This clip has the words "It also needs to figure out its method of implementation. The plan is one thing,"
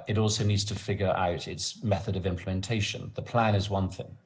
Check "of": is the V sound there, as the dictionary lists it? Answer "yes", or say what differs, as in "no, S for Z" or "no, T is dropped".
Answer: yes